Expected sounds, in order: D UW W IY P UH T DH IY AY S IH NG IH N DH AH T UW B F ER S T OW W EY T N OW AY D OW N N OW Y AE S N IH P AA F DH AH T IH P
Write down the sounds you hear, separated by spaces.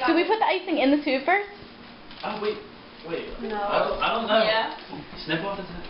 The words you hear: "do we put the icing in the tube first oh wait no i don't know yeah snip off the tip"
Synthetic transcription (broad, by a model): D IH W IY P UH T DH IY AY S IH NG IH N DH AH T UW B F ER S OW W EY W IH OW AY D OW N N OW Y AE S N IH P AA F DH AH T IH